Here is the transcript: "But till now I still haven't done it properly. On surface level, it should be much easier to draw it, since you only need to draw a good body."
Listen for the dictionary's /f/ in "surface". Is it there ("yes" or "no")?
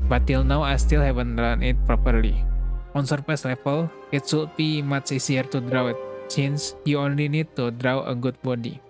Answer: no